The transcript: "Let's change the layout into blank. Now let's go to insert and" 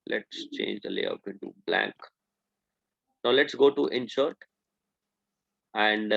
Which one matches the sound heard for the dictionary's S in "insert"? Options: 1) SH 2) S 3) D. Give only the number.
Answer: 1